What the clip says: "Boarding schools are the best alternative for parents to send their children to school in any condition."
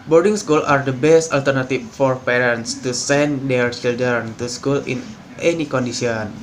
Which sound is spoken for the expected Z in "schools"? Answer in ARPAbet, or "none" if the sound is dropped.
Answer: none